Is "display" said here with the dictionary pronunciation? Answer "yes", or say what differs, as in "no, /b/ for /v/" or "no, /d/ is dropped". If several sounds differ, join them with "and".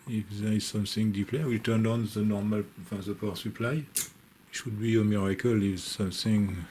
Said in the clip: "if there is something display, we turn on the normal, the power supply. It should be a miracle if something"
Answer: no, /s/ is dropped